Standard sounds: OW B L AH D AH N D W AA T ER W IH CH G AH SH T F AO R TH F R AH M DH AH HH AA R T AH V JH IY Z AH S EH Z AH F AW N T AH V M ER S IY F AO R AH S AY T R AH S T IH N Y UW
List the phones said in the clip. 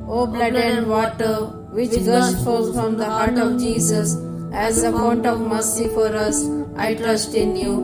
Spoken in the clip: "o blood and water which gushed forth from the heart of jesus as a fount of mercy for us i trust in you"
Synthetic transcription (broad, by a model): OW B L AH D AH N D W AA T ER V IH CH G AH S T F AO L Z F R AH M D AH HH AA R T AH V JH IY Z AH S EH Z AH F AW N T AH V M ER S IY F AO R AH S AY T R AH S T IH N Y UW